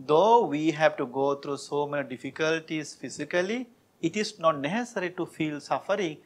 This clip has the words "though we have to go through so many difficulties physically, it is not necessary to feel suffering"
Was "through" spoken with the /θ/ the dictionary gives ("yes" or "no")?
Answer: no